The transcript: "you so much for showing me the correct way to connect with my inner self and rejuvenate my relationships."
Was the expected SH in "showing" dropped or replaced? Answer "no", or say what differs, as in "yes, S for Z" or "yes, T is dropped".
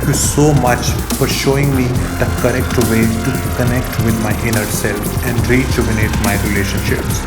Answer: no